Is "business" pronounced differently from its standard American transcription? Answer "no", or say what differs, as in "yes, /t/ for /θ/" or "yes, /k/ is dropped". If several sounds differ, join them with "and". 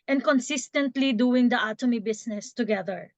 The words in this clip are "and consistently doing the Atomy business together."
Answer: yes, /s/ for /z/